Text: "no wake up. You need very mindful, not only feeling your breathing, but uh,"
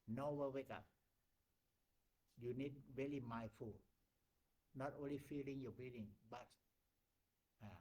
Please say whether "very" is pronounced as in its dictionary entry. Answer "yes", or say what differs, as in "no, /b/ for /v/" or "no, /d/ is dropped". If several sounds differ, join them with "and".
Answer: no, /l/ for /ɹ/